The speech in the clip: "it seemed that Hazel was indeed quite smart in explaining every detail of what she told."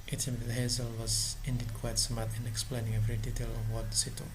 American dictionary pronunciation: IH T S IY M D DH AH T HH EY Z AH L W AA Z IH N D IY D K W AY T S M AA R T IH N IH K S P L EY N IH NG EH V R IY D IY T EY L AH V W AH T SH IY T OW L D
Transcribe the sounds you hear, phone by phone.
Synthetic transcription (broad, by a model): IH T S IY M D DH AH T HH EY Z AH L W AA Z IH N D IY D K W AY T S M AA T IH N IH K S P L EY N IH NG EH V R IY D IY T EY L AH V W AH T S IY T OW